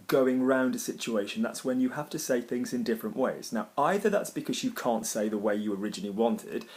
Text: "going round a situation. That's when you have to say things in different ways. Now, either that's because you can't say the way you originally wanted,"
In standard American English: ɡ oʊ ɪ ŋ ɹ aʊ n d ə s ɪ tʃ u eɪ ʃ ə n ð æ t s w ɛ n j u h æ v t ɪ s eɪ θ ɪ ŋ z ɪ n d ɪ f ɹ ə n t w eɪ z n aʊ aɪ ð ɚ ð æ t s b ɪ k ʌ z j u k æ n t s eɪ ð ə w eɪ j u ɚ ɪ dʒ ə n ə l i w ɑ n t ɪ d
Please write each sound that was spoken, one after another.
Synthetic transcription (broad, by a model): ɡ oʊ ɪ ŋ ɹ aʊ n d ə s ɪ tʃ u eɪ ʃ ə n ð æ t s w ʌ n j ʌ h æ f t ɪ s eɪ θ ɪ ŋ z ɪ n d ɪ f ɹ ə n t w eɪ z n aʊ aɪ ð ɚ ð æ t s b ɪ k ʌ z j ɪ k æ n t s eɪ ð ə w eɪ j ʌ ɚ ɪ dʒ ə n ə l i w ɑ n t ɪ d